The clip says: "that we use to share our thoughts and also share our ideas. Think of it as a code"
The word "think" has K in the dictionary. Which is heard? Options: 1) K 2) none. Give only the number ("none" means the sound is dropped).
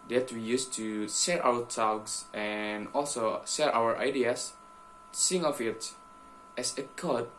2